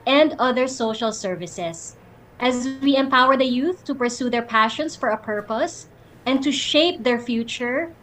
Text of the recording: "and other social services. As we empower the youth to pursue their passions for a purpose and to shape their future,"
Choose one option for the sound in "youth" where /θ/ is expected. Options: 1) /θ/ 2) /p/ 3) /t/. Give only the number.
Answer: 1